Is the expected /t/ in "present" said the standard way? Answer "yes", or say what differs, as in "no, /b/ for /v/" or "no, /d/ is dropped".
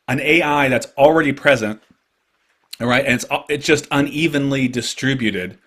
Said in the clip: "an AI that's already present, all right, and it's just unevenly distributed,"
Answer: yes